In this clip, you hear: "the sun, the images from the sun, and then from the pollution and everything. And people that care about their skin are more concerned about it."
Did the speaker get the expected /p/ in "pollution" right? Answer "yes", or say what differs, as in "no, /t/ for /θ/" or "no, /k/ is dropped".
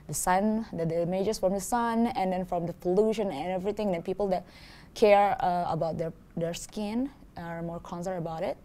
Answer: no, /f/ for /p/